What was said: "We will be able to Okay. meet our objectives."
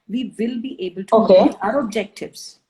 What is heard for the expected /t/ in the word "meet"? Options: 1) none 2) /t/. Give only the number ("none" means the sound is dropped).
1